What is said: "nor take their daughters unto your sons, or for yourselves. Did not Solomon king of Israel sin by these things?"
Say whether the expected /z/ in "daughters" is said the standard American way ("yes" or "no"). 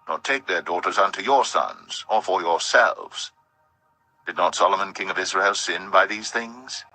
yes